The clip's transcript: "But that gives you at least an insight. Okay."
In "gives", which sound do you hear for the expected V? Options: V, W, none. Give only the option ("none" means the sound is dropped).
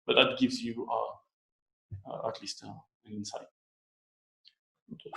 V